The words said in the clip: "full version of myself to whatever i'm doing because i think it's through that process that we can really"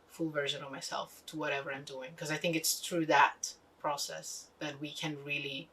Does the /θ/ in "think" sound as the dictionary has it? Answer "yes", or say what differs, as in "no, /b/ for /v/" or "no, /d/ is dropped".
yes